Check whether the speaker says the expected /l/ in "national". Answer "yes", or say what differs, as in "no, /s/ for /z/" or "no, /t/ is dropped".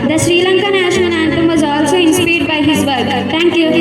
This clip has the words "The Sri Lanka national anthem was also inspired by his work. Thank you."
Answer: no, /n/ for /l/